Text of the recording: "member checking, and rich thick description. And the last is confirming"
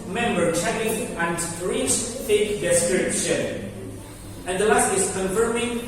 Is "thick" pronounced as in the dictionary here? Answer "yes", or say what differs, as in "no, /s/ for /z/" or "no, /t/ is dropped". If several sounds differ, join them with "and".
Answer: no, /f/ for /θ/